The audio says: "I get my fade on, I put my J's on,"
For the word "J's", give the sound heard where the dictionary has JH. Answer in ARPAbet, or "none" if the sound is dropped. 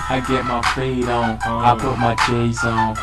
CH